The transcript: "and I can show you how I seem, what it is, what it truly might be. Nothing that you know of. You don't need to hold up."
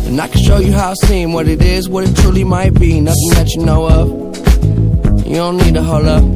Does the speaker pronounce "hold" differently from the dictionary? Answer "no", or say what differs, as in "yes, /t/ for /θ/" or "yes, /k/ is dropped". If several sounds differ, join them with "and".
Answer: yes, /d/ is dropped